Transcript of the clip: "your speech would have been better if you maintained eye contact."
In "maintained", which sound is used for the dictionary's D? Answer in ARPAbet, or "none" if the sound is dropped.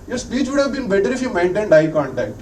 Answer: D